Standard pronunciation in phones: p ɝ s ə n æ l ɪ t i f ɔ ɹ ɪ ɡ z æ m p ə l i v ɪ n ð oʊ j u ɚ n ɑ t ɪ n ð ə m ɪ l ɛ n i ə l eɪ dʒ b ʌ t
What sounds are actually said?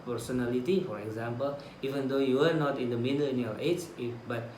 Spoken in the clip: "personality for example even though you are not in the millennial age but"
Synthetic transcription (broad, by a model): p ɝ s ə n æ l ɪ t i f ɔ ɹ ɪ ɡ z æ m p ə l i v ɪ n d oʊ j u ɚ n ɑ t ɪ n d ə m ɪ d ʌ l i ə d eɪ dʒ b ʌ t